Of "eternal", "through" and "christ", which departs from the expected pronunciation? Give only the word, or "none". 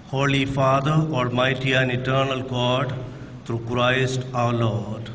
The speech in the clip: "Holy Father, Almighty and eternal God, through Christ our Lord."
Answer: through